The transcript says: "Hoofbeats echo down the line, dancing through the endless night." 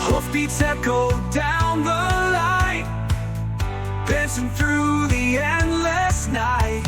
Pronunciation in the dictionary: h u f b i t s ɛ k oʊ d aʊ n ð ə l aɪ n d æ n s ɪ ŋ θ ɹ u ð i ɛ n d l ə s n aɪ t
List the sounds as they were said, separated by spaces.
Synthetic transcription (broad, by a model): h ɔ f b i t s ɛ k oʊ d aʊ n ð ə l aɪ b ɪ s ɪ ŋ θ ɹ u ð i ɛ n d l ə s n aɪ t